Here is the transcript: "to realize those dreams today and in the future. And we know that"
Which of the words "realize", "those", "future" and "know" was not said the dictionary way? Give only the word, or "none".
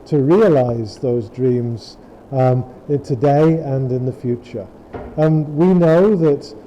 none